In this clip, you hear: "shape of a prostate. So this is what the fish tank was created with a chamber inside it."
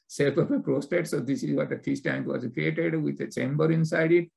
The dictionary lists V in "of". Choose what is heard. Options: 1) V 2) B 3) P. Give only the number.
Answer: 3